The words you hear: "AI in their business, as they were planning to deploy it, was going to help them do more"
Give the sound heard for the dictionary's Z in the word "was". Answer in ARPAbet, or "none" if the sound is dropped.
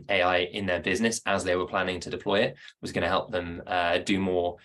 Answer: Z